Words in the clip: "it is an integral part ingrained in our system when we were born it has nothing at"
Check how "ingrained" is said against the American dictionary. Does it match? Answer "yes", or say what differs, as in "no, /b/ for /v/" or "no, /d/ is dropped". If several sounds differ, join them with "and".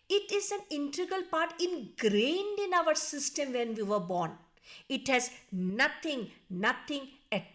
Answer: yes